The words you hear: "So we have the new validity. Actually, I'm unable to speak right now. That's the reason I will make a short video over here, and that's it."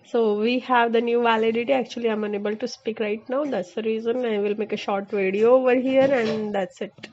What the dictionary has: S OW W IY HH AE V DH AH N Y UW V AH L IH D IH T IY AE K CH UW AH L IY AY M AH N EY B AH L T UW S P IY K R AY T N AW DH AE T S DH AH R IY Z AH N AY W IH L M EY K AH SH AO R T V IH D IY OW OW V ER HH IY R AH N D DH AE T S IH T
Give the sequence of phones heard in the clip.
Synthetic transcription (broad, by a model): S OW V IY HH AE V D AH N Y UW V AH L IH D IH T IY AE K CH UW AH L IY AY M AH N EY B AH L T UW S P IY K R AY T N AW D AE T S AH R IY Z AH N AY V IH L M EY K AH SH AO R T V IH D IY OW OW V ER HH IY R AH N D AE T S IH T